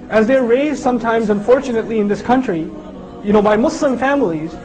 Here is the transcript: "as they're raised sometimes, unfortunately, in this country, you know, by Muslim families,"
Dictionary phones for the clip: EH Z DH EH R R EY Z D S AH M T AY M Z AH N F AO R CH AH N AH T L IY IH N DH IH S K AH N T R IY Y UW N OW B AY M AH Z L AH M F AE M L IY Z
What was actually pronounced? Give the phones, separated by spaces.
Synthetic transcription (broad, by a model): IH Z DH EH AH R EY Z D S AH M T AY M Z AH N F AO R CH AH N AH T L IY IH N DH IH S K AH N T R IY Y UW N OW B AY M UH S L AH M F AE M L IY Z